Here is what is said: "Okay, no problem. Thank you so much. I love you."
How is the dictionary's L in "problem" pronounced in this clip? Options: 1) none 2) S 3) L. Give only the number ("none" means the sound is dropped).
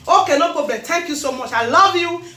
1